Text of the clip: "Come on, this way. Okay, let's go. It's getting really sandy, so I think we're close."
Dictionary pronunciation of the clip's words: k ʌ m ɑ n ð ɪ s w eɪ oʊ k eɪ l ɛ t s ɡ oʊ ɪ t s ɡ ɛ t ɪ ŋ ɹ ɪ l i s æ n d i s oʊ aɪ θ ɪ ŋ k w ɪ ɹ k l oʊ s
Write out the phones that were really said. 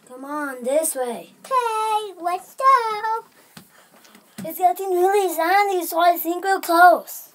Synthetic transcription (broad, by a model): k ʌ m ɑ n ð ɪ s w eɪ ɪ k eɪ w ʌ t s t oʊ ɪ t s ɡ ɛ t ɪ ŋ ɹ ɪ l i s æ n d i s oʊ aɪ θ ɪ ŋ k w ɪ l k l oʊ s